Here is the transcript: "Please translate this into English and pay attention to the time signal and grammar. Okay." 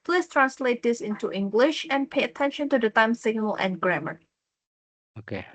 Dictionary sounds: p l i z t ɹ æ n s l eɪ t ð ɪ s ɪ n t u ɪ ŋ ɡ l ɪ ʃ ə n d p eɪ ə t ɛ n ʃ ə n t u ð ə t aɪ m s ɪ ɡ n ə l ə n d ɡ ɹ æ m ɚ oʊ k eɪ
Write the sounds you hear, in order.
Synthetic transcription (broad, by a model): p l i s t ɹ æ n s l eɪ t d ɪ s ɪ n t u ɪ ŋ ɡ l ɪ ʃ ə n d p eɪ ə t ɛ n ʃ ə n t u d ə t aɪ m s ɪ ɡ n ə l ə n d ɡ ɹ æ m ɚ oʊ k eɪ